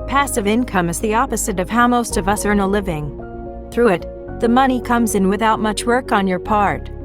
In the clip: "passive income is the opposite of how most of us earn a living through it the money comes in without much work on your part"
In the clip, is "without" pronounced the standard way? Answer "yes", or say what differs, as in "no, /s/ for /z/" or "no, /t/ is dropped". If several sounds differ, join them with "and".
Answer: yes